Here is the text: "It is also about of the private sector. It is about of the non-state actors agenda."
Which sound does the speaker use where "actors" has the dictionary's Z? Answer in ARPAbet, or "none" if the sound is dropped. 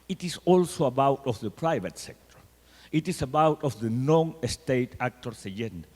S